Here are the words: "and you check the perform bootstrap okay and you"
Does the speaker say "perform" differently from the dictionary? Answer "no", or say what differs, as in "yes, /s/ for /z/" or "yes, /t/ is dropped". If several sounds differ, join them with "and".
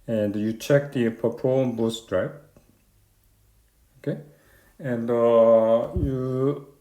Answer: yes, /p/ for /f/